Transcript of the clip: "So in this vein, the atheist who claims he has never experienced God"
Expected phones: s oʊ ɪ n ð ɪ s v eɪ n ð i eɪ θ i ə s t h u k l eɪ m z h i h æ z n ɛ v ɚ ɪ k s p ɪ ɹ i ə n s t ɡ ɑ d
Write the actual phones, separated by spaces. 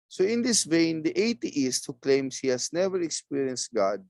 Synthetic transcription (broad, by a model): s oʊ ɪ n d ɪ s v eɪ n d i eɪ t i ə s t h u k l eɪ m s h i h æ s n ɛ v ɚ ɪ k s p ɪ ɹ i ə n s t ɡ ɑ d